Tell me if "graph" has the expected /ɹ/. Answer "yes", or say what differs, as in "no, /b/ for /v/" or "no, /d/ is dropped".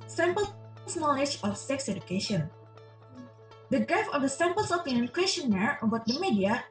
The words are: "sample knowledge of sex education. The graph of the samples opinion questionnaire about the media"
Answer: no, /ɹ/ is dropped